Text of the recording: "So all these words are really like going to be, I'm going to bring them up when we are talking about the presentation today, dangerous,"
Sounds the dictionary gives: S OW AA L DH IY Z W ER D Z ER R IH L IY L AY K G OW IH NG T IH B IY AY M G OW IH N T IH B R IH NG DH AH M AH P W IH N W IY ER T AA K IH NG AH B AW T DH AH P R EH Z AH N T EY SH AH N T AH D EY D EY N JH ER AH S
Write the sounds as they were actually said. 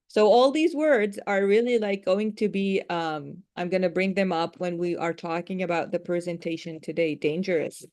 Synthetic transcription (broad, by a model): S OW AA L DH IY Z W ER D Z ER R IH L IY L AY K G OW IH NG T IH B IY AY M G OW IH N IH B R IH NG DH AH M AH P W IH N W IY ER T AA K IH NG AH B AW T DH AH P R EH Z AH N T EY SH AH N T AH D EY D EY N JH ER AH S